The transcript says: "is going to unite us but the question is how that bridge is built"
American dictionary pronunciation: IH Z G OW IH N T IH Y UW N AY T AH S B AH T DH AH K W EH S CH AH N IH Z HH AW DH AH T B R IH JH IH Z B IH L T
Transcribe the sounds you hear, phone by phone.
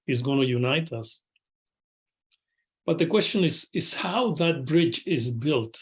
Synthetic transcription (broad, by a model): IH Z G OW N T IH Y UW N AY T AH S B AH T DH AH K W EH S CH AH N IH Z HH AW DH AH T B R IH JH IH Z B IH L T